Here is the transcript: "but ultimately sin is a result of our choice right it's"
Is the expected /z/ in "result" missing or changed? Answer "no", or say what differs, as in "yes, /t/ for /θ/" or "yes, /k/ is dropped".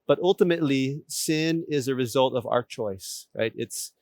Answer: no